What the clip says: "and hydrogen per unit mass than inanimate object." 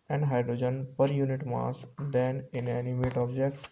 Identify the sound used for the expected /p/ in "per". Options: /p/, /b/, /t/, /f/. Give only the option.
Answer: /p/